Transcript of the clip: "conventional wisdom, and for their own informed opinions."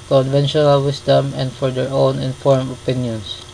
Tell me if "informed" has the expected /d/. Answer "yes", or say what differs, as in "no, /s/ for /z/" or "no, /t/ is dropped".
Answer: no, /d/ is dropped